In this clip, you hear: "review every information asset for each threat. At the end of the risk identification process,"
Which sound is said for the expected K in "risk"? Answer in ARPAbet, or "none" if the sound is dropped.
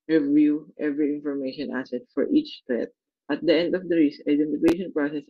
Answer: none